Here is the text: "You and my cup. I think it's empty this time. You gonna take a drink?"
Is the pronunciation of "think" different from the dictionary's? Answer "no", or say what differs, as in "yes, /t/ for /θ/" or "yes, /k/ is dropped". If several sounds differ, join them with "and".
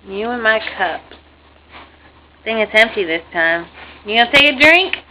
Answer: yes, /k/ is dropped